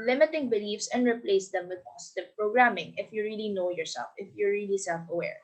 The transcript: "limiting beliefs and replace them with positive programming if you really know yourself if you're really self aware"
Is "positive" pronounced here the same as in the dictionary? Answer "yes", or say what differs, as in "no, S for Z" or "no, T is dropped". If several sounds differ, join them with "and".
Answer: no, S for Z